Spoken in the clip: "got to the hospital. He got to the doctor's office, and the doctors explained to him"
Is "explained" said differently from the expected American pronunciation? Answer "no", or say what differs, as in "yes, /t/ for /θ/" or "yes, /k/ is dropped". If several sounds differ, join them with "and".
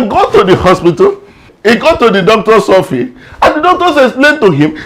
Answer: yes, /k/ is dropped and /p/ is dropped